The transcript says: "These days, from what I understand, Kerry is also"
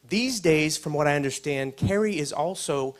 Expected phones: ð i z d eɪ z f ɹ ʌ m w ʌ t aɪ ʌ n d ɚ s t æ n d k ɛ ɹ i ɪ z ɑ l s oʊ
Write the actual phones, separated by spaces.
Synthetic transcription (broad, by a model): ð i z d eɪ z f ɹ ʌ m w ʌ t aɪ ʌ n d ɚ s t æ n d k ɛ ɹ i ɪ z ɑ l s oʊ